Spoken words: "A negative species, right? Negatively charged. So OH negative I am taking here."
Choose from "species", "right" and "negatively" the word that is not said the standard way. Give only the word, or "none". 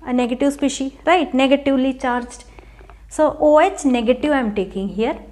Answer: species